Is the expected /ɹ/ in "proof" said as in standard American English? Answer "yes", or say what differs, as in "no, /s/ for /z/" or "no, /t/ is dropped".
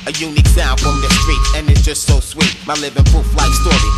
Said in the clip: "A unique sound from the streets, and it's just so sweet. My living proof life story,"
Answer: no, /ɹ/ is dropped